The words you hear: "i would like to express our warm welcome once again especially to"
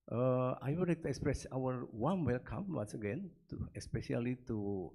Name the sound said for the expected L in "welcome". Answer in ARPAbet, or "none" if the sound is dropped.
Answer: L